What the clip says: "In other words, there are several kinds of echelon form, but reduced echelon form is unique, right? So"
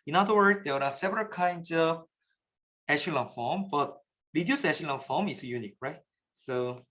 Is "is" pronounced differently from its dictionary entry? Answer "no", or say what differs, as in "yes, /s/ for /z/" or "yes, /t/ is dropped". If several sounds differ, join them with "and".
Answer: yes, /s/ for /z/